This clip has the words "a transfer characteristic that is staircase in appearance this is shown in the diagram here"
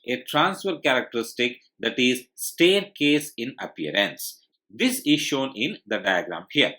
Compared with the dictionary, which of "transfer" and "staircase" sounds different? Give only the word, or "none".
none